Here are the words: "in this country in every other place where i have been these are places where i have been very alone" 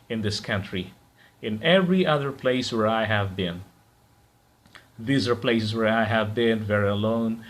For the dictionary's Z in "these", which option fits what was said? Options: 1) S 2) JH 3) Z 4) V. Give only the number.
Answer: 3